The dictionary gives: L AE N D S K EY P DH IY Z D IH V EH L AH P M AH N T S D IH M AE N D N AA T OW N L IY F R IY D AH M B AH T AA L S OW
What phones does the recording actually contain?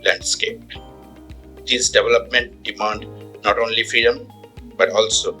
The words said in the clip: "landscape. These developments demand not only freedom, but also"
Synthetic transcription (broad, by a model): L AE N D S K EY P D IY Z D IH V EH L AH P M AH N T D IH M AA N D N AA T OW N L IY F R IY D AH M B AH T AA L S OW